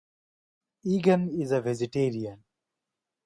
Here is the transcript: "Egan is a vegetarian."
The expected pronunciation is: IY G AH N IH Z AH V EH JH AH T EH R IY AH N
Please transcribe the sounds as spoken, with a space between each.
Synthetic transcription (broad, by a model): IY G AH N IH Z AH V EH Z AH T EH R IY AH N